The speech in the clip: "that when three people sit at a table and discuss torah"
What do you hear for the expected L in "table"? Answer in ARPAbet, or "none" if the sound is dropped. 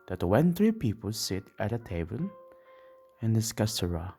N